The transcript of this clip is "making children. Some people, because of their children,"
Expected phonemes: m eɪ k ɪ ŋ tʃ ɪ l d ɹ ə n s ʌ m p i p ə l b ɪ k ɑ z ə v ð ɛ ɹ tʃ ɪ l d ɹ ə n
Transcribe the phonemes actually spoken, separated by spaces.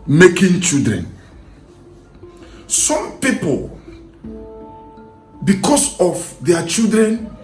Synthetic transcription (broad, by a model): m eɪ k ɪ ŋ tʃ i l d ɹ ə n s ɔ m p i p ə l b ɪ k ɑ s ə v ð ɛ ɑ tʃ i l d ɹ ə n